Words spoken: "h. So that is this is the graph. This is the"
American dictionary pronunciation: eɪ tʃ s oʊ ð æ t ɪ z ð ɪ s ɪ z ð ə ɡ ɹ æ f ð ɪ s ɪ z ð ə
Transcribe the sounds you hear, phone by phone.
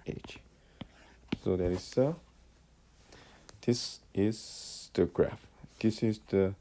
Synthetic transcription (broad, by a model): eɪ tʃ s oʊ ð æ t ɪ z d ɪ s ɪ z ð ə ɡ ɹ æ f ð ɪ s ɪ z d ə